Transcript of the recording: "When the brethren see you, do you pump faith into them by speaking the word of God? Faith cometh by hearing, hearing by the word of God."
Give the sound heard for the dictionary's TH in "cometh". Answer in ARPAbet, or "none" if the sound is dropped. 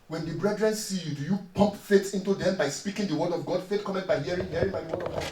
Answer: T